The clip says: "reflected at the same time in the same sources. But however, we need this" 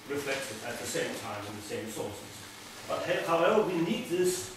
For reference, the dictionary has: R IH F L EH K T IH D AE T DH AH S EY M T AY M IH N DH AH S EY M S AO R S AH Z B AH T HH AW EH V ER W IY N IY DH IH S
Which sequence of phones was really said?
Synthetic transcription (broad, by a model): R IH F L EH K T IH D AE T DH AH S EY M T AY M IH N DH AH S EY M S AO L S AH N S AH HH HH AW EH ER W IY N IY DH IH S